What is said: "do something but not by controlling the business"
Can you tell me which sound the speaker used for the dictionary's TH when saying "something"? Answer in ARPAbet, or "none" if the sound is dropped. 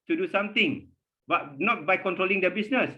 T